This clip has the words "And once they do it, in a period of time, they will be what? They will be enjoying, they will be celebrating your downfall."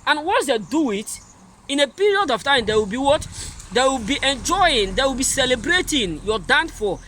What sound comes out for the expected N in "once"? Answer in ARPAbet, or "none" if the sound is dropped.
none